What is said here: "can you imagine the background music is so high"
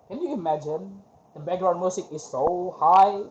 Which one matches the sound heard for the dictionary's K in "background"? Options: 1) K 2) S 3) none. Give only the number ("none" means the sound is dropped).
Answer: 3